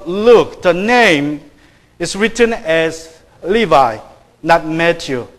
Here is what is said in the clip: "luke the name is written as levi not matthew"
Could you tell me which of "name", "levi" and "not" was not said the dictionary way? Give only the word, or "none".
none